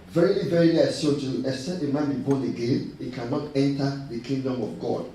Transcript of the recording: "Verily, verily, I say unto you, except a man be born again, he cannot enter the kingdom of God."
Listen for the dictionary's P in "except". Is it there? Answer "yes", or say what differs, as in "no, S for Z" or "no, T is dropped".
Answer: no, P is dropped